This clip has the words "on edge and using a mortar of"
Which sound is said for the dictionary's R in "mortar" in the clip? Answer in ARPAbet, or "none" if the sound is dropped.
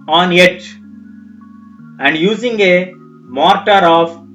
R